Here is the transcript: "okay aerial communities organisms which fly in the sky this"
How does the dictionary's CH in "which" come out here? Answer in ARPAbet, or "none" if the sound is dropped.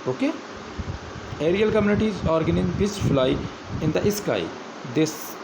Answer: S